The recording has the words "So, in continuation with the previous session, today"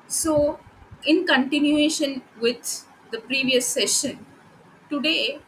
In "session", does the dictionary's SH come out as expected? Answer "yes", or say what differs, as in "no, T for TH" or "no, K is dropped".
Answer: yes